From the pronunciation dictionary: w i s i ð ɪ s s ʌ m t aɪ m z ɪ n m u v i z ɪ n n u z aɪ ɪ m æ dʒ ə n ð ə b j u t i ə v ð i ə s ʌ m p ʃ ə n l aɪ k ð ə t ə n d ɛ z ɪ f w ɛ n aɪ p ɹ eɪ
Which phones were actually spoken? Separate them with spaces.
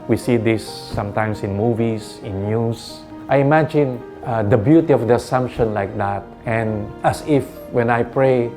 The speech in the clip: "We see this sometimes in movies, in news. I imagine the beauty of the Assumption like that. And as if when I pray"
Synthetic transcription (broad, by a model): w i s i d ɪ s s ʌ m t aɪ m s ɪ n m u v i s ɪ n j u s aɪ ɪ m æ dʒ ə n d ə b j u t i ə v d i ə s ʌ m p ʃ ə n l aɪ k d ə t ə n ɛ s ɪ f w ɛ n aɪ p ɹ eɪ